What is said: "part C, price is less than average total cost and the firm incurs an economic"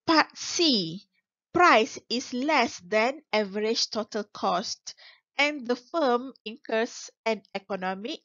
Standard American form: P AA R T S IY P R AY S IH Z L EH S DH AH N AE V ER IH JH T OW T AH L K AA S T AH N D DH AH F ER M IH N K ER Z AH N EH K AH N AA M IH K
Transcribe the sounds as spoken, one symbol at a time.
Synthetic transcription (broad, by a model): P AA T S IY P R AY S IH S L EH S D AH N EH V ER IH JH T OW T AH L K AA S T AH N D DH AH F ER M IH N K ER S AH N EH K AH N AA M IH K